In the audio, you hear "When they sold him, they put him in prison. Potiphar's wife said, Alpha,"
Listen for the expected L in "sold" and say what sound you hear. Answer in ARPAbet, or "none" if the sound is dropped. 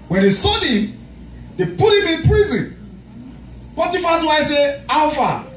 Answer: none